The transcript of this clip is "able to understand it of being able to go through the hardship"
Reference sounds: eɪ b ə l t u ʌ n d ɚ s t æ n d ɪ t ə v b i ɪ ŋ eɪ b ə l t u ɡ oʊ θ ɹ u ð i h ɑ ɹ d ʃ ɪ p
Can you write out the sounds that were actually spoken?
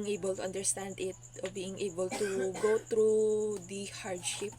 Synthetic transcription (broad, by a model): eɪ b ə l t u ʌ n d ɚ s t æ n d ɪ t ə b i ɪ ŋ eɪ b ə l t u ɡ oʊ t ɹ u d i h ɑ ɹ d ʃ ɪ p